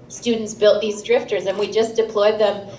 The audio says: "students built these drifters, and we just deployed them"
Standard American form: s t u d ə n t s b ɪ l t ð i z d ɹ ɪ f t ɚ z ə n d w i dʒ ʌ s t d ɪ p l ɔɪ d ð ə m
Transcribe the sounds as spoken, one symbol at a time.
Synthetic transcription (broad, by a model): s t u d n t s b ɪ l t ð i z d ɹ ɪ f t ɚ z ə n w i dʒ ʌ s d ɪ p l ɔɪ d ð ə m